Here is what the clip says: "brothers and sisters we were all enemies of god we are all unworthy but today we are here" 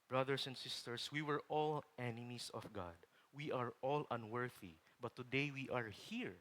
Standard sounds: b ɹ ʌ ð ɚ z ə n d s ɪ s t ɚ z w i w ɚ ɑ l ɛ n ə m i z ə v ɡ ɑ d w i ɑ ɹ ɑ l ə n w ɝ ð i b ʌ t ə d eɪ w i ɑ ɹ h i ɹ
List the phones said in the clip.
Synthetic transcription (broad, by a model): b ɹ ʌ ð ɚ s ə n d s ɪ s t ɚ s w i w ɚ ɑ l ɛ n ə m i s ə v ɡ ɑ d w i ɑ ɹ ɑ l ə n w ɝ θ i b ʌ t ə d eɪ w i ɑ ɹ h i ɹ